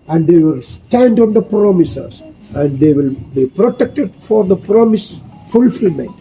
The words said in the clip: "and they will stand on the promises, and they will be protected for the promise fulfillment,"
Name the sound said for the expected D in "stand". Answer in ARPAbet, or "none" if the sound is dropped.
D